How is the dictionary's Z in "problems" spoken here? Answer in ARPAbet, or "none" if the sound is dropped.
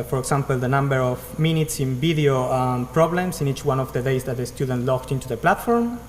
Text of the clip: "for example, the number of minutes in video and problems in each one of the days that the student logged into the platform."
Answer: S